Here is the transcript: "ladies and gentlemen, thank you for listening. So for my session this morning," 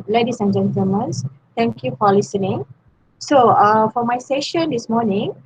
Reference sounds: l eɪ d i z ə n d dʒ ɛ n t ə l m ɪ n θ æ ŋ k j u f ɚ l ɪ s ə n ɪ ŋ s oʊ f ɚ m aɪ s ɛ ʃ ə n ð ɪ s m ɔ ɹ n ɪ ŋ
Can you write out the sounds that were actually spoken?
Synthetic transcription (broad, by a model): l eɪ d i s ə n dʒ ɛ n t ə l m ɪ n s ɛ ŋ k j u f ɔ l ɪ s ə n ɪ ŋ s oʊ f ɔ m aɪ s ɛ ʃ ə n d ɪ s m ɔ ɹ n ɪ ŋ